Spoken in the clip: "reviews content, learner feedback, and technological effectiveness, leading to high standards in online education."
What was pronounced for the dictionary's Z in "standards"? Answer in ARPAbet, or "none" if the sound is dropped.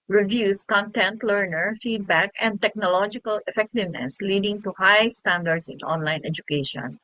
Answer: S